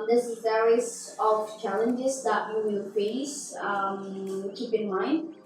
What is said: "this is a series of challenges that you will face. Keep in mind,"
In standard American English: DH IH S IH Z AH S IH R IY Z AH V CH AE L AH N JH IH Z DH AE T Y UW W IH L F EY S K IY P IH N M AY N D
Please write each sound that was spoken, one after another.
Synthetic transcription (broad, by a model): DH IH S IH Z AH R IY IY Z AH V CH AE L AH N JH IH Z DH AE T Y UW W IH L F EY S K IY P IH N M AY N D